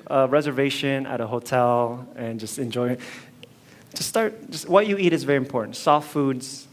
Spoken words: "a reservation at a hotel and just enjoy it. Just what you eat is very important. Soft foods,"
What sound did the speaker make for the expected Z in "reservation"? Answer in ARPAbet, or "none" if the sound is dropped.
Z